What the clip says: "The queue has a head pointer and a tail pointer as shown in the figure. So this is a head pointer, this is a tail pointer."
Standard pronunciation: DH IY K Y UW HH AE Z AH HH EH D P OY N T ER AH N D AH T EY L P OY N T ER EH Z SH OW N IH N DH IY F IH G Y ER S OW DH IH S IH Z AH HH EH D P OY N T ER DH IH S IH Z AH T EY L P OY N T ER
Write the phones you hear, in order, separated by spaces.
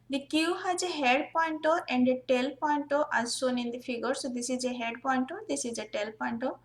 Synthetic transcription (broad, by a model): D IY K Y UW HH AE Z AH HH EH D P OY N T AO AH N D AH T EY L P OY N T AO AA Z S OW N IH N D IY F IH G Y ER S OW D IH S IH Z AH HH EH D P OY N T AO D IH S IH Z AH T EY L P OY N T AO